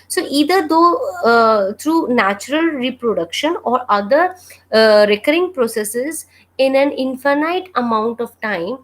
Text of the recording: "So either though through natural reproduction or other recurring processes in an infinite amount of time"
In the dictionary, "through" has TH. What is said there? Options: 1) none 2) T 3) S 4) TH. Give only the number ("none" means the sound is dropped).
2